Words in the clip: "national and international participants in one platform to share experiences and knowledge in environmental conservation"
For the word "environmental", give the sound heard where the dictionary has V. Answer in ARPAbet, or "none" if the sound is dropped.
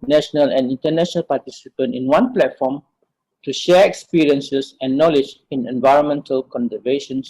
V